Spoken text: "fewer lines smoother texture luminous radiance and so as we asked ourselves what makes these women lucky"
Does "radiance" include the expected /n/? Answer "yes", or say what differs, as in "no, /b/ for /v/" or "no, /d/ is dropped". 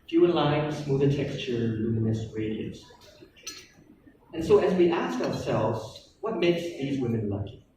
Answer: no, /n/ is dropped